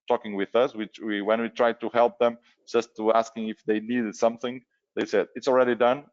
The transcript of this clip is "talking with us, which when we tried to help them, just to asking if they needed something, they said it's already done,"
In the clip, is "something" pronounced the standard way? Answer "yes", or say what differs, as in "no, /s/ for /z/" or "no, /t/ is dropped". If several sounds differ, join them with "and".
yes